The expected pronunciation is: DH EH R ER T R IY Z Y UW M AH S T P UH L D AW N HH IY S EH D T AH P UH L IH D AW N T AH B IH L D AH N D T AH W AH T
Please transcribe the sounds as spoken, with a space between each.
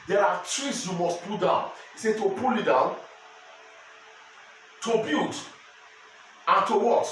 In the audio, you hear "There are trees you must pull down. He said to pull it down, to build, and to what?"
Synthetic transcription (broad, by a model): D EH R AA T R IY S Y UW M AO S T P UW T D AW N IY S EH T AH P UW L IH D AW N T AH B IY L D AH N T AH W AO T